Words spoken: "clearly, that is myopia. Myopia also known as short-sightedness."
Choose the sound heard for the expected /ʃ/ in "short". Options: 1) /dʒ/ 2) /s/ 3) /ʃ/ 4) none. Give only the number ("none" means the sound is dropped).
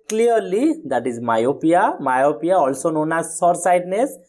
2